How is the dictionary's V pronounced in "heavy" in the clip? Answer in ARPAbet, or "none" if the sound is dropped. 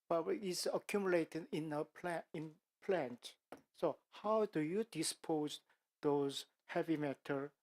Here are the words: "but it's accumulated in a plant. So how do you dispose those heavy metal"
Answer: V